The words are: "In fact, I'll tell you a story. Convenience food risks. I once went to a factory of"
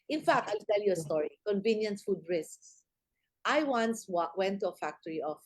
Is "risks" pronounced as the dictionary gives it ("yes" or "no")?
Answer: yes